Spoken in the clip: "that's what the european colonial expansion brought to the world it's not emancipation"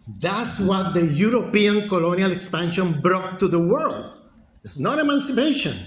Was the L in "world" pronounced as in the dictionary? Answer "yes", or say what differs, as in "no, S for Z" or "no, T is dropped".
yes